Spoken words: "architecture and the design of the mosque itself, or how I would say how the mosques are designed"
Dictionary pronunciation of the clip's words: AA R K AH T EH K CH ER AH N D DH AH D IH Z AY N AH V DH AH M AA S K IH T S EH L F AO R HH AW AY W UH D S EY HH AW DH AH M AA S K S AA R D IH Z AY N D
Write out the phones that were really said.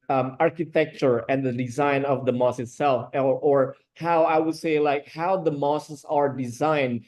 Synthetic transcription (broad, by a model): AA R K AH T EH K CH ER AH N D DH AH D IH Z AY N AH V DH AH M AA S IH T S EH L F AO R HH AW AY W UH D S EY HH AW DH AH M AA S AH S AA R D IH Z AY N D